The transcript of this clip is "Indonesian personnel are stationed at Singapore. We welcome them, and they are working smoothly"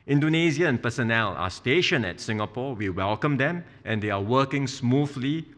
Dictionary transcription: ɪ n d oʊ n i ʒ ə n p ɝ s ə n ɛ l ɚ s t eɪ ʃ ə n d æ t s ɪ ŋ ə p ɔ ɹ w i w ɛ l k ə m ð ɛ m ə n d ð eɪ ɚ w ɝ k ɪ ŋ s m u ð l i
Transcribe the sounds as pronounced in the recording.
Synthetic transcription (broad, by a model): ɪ n d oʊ n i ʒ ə n p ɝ s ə n ɛ l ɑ s t eɪ ʃ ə n ɛ t s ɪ ŋ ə p ɔ w i w ɛ l k ə m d ɛ m ə n d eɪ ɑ w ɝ k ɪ ŋ s m u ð l i